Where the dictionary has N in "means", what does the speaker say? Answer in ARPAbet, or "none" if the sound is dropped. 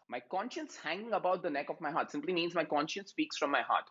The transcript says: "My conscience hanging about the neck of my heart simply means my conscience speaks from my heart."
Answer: N